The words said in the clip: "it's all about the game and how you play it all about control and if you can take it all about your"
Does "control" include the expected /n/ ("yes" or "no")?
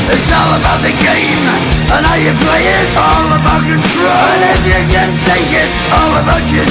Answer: no